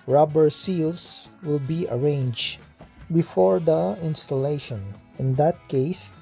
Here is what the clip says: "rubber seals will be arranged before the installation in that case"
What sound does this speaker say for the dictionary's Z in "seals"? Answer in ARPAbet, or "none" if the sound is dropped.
S